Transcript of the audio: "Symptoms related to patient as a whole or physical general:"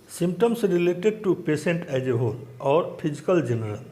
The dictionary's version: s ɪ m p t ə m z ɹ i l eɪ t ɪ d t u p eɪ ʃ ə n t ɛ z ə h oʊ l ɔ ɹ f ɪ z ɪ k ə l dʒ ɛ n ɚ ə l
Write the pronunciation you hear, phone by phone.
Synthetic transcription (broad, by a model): s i m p t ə m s ɹ i l eɪ t ɪ d t u p eɪ s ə n t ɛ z ə h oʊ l ɔ ɹ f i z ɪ k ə l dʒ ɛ n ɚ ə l